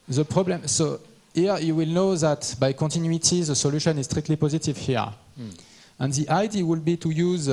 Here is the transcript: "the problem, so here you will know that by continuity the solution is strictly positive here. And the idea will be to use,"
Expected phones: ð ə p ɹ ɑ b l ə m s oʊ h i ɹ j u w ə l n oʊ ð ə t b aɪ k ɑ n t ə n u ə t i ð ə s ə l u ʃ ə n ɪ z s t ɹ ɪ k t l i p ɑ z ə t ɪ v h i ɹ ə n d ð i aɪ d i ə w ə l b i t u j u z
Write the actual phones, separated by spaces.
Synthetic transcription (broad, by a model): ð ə p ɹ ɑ b l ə m s oʊ h i ɹ j u w ə l n oʊ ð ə t b aɪ k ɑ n t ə n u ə t i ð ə s ə l u ʃ ə n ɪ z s t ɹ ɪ k t l i p ɑ z ə t ɪ v h i ɹ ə n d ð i aɪ d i w ə l b i t u j u z